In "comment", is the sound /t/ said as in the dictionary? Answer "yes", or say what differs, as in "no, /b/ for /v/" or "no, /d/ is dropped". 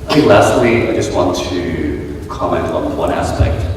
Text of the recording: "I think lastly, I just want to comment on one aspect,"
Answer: yes